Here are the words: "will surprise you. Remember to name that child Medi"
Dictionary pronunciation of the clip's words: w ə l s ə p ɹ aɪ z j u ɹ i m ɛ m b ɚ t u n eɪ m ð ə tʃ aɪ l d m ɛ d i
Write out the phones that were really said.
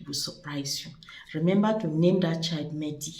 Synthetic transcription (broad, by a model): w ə s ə p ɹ aɪ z j u ɹ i m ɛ m b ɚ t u n eɪ m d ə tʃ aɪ d m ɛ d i